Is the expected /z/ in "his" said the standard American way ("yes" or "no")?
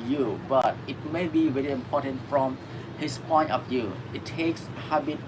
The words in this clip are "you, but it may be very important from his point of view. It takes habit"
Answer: no